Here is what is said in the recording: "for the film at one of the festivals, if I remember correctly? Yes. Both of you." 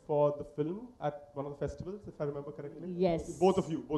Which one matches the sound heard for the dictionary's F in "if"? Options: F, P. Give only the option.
F